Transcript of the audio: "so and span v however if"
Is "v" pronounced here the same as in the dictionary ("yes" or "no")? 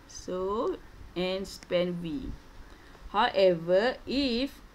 no